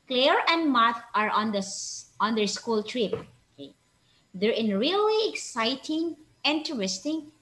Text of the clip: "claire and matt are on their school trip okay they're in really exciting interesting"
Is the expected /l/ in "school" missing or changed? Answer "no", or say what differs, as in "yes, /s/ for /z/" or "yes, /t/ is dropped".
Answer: no